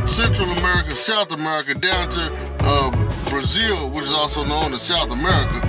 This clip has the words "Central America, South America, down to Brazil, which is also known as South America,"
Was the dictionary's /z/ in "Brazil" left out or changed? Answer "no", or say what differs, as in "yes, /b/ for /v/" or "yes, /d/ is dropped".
no